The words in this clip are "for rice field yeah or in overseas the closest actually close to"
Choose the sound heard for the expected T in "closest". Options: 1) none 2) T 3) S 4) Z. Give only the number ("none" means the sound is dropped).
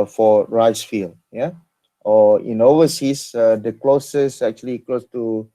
1